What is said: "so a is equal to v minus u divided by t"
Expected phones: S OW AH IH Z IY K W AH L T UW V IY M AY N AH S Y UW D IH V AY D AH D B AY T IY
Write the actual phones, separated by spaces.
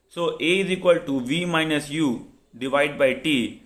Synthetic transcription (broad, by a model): S OW AH IH Z IY K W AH L T UW V IY M AY N AH S Y UW D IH V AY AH D B AY T IY